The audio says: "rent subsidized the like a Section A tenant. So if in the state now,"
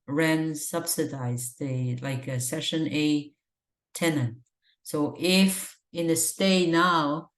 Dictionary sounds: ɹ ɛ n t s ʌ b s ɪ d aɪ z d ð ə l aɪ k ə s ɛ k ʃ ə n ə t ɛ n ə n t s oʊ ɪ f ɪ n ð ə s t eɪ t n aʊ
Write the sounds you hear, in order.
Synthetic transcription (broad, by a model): ɹ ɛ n s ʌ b s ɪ d aɪ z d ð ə l aɪ k ə s ɛ ʃ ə n ə t ɛ n ə n t s oʊ ɪ f ɪ n ð ə s t eɪ n aʊ